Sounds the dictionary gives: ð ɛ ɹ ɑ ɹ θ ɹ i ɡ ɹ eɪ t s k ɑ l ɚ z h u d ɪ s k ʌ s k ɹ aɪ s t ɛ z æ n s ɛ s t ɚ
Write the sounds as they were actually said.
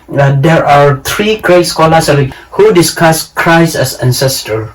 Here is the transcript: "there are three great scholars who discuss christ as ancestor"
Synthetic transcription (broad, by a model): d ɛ ɹ ɑ ɹ t ɹ i ɡ ɹ eɪ t s k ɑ l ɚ s h u d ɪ s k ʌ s k ɹ aɪ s ɛ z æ n s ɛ s t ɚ